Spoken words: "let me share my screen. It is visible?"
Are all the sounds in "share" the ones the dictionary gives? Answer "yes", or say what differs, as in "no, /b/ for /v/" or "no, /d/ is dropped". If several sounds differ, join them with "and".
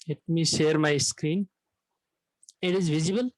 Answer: yes